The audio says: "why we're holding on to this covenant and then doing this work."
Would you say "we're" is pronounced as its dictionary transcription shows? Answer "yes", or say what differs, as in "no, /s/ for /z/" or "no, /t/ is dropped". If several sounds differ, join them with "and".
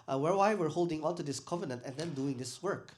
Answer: yes